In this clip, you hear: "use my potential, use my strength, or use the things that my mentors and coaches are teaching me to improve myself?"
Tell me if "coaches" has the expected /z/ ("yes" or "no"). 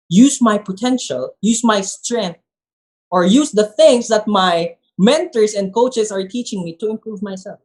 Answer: no